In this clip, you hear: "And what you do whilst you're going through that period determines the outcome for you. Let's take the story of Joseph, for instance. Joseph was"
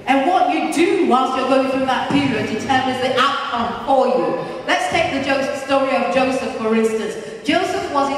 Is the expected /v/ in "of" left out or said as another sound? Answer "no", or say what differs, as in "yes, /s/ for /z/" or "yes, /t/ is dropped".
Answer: no